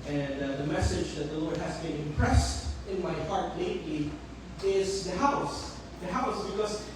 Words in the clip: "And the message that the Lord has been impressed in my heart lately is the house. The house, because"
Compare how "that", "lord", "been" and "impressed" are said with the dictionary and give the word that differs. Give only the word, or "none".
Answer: none